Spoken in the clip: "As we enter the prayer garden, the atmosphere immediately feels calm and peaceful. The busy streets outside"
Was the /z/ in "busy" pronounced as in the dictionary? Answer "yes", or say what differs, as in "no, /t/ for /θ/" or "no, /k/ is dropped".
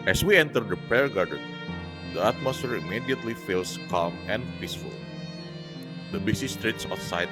no, /s/ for /z/